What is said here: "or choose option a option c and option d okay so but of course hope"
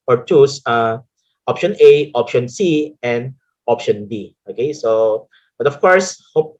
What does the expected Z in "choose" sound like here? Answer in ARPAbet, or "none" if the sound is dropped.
S